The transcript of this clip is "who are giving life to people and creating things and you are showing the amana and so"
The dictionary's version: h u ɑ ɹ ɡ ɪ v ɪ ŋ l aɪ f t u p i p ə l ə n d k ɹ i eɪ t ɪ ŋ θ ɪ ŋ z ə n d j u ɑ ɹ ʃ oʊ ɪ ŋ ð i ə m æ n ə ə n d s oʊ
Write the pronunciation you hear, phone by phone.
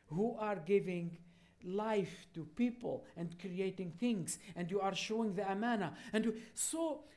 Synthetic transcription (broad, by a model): h u ɑ ɹ ɡ ɪ v ɪ ŋ l aɪ f t u p i p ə l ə n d k ɹ i eɪ t ɪ ŋ θ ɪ ŋ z ə n d j u ɑ ɹ ʃ oʊ ɪ ŋ ð i ə m æ n ə ə n d s oʊ